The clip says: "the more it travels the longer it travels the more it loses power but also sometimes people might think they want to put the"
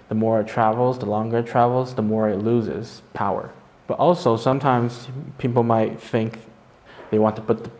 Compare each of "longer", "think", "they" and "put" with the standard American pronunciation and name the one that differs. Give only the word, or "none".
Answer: none